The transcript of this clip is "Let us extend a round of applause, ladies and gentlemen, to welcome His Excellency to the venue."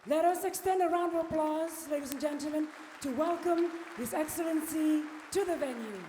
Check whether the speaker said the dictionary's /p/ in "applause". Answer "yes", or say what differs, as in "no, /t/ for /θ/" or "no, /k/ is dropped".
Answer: yes